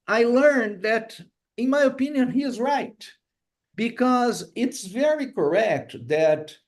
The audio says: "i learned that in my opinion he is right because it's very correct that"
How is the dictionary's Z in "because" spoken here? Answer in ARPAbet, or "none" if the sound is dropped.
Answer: Z